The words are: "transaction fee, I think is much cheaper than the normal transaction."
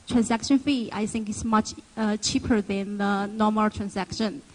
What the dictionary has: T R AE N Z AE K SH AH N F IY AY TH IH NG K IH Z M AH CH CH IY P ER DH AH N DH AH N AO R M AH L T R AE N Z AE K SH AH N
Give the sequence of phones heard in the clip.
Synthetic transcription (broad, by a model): T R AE N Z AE K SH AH N F IY AY TH IH NG K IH S M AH CH CH IY P ER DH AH N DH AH N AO M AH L T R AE N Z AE K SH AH N